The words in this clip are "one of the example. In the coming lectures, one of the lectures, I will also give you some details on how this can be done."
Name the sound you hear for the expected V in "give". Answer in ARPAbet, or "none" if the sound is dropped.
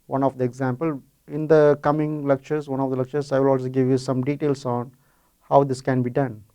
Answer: V